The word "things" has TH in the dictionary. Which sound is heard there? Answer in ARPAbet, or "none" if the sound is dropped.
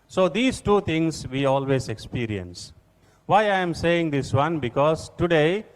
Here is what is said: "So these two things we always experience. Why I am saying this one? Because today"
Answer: T